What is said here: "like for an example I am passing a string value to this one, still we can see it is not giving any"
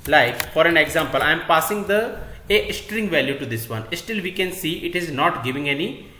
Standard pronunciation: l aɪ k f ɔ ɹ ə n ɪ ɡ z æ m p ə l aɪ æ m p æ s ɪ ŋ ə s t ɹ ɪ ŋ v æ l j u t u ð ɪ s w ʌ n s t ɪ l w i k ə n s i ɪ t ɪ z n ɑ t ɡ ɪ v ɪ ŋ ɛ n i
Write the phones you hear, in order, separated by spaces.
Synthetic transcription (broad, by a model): l aɪ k f ɔ ɹ ə n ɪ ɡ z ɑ m p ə l aɪ m p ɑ s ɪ ŋ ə s t ɹ ɪ ŋ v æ l j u t u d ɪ s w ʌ n s t ɪ l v i k ə n s i ɪ t ɪ z n ɑ t ɡ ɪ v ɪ ŋ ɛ n i